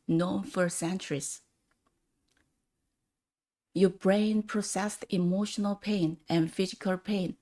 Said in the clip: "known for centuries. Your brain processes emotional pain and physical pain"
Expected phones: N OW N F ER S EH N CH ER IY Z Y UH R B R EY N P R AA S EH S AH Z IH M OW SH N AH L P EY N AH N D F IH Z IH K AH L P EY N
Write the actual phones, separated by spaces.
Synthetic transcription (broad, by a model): N OW N F ER S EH N CH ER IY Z Y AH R B R EY N P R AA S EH S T IH M OW SH N AH L P EY N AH N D F IH Z IH K AH L P EY N